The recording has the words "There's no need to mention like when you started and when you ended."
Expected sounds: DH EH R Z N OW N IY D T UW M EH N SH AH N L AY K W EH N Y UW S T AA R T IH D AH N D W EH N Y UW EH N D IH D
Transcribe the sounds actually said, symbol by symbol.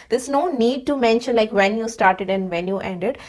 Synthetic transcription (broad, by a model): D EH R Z N OW N IY D T UW M EH N SH AH N L AY K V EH N Y UW S T AA R T IH D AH N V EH N Y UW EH N D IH D